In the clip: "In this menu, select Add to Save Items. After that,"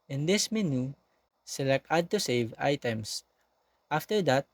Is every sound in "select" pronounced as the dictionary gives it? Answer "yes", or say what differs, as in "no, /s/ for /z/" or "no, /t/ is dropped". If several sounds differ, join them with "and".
no, /t/ is dropped